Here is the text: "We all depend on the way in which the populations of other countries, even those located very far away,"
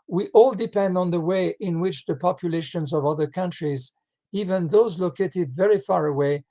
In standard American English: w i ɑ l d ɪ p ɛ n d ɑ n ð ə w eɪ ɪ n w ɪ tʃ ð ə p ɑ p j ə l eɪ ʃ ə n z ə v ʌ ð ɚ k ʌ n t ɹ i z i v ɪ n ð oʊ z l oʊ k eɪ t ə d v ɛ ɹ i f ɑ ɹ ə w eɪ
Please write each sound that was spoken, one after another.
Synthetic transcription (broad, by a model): w i ɑ l d ɪ p ɛ n d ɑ n ð ə w eɪ ɪ n w ɪ tʃ ð ə p ɑ p j ə l eɪ ʃ ə n z ə v ʌ ð ɚ k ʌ n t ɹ i z i v ɪ n ð oʊ z l oʊ k eɪ t ə d v ɛ ɹ i f ɑ ɹ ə w eɪ